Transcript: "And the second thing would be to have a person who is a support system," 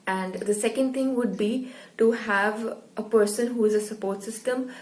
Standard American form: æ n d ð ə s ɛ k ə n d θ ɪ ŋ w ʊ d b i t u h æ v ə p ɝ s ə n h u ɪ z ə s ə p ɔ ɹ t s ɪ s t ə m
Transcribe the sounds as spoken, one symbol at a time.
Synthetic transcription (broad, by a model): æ n d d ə s ɛ k ə n d t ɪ ŋ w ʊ d b i t u h æ v ə p ɝ s ə n h u ɪ z ə s ə p ɔ ɹ t s ɪ s t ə m